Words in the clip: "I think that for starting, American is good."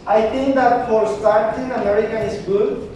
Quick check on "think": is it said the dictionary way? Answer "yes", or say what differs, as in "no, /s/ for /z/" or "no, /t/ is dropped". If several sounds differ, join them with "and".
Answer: no, /t/ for /θ/